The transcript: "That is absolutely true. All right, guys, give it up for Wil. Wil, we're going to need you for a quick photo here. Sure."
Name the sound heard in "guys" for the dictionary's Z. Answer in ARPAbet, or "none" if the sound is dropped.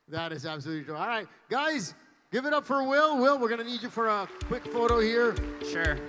Z